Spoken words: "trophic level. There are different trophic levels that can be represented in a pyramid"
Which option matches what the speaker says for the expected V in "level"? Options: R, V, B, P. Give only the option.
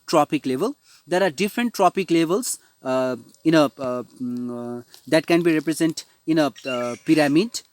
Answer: V